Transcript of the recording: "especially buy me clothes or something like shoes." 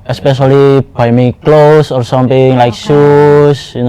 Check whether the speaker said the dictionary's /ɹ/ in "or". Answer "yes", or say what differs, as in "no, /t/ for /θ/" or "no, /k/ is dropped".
yes